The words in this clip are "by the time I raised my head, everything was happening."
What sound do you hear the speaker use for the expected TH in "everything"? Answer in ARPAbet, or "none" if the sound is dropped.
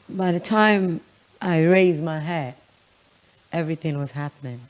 TH